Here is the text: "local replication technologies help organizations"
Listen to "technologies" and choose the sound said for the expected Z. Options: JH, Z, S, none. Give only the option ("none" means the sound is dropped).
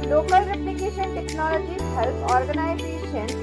none